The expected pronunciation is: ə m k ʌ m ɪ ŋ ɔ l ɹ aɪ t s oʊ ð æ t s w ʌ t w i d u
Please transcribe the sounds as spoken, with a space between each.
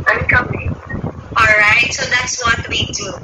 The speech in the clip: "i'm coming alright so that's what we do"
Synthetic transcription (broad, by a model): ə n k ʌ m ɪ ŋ ɔ l ɹ aɪ t s oʊ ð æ t s w ʌ t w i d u